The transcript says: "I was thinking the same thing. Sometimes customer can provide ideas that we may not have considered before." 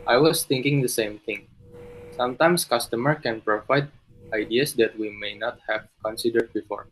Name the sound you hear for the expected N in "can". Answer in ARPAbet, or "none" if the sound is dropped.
N